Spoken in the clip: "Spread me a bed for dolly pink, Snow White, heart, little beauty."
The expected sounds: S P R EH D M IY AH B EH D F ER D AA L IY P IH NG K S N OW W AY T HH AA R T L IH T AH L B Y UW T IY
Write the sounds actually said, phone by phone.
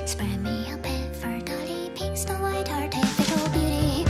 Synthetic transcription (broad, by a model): S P R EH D M IY AH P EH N F ER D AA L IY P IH K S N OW W AY T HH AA R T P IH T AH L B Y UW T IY